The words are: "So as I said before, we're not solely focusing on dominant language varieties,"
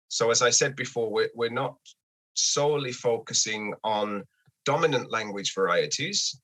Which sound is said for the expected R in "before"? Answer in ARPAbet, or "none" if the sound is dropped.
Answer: W